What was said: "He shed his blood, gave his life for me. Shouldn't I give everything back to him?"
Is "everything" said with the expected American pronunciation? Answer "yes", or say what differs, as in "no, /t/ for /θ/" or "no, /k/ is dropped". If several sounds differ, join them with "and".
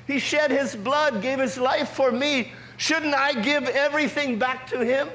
yes